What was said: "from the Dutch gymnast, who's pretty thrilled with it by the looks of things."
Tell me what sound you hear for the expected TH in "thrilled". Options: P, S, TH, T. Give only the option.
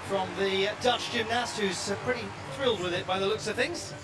TH